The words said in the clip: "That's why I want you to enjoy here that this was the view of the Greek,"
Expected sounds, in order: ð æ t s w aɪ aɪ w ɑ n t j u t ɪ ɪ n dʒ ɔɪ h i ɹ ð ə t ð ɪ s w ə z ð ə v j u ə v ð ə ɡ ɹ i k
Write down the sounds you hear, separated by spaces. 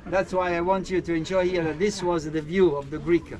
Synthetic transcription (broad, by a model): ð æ t s w aɪ aɪ w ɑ n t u t ɪ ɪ n ʃ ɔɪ h i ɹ ð ə t ð ɪ s w ə z ð ə v j u ə v ð ə ɡ ɹ i k